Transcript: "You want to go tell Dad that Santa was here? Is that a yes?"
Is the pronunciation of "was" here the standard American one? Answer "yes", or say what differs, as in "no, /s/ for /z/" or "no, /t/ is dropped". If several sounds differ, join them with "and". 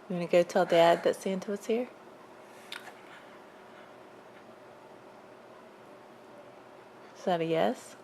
no, /s/ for /z/